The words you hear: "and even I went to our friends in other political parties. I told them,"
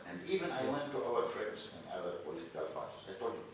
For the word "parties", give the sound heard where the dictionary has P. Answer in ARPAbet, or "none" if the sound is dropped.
F